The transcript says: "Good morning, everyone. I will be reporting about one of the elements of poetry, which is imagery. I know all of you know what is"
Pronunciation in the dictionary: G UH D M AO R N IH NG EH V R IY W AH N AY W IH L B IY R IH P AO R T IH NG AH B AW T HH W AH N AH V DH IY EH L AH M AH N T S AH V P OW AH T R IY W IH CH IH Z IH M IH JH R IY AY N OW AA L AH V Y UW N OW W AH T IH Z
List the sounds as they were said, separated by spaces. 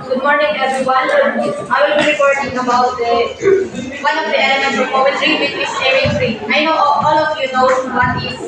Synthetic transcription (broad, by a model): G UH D M AO R N IH NG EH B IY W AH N AY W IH L B IY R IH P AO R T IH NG AH B AW T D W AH N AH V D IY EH L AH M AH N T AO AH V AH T IY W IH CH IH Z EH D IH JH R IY AY N OW AA L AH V Y UW N OW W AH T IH